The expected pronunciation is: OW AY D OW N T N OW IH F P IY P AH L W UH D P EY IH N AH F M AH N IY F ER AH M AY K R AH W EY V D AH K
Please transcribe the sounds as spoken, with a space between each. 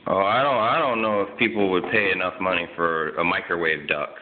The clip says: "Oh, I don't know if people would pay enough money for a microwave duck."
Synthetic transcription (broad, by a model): OW AY D OW N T N OW IH F P IY P L W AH D P EY IH N AH F M AH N IY F ER AH M AY K R AH W EY V D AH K